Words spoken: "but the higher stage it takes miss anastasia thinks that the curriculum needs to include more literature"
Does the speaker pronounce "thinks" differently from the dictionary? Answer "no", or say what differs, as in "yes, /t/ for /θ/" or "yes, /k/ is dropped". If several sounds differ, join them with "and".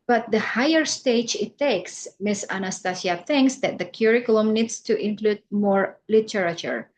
no